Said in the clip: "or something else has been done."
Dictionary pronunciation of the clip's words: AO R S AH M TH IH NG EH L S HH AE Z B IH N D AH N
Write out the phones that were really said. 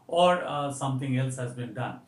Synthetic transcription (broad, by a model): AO R S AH M T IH NG EH L S HH AE Z B IH N D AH N